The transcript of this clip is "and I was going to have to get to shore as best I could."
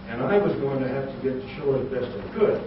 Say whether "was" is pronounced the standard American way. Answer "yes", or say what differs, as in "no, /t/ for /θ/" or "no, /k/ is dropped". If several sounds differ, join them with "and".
yes